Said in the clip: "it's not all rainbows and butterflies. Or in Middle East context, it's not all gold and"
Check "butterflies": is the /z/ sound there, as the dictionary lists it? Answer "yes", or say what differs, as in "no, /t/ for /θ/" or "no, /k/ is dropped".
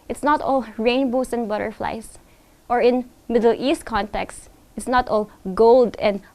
no, /s/ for /z/